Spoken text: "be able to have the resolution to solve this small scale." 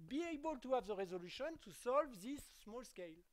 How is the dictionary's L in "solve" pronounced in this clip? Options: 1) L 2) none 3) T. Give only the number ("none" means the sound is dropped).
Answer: 1